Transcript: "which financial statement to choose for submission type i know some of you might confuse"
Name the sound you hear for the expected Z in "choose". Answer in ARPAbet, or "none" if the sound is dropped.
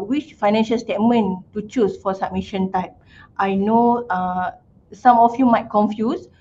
S